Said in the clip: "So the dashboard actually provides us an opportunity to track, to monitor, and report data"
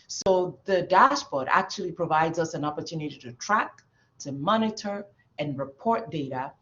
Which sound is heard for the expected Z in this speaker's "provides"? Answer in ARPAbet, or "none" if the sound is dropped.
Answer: Z